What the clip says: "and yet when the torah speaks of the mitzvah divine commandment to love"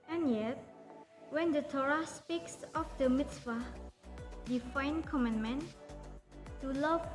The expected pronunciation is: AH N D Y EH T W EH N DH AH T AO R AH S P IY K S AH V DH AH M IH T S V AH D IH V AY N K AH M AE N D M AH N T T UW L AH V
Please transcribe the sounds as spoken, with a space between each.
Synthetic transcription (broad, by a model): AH N Y EH T W EH N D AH T AO R AH S P IY K S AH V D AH M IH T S F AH D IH F AY N K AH M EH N M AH N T T UW L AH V